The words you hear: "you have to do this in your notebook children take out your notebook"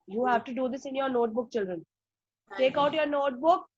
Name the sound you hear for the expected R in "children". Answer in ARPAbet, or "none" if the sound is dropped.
R